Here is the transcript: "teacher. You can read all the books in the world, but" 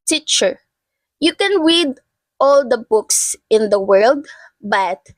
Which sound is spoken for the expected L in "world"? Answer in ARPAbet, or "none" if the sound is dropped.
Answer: L